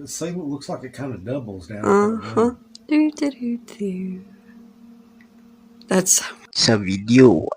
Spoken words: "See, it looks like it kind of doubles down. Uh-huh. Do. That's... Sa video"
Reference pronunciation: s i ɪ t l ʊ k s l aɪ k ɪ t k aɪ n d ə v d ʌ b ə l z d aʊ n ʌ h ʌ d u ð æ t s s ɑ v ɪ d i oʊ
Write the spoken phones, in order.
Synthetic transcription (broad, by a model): s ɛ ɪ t l ʊ k s l aɪ k ɪ t k aɪ n d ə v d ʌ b l z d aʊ ʌ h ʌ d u ð æ t s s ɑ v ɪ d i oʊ